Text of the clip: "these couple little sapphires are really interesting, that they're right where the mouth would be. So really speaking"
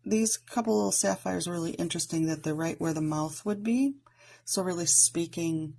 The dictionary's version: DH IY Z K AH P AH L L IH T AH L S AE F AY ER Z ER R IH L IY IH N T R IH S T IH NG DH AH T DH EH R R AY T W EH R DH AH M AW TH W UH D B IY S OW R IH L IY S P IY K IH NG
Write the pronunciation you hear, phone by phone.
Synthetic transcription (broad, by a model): DH IY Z K AH P L L IH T L S AE F AY ER Z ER R IH L IY IH N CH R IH S T IH NG DH AH T DH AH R R AY T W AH R DH AH M AW TH W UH D B IY S OW R IH L IY S P IY K IH NG